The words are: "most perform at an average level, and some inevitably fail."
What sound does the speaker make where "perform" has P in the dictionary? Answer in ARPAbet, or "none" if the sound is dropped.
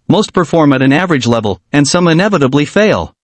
P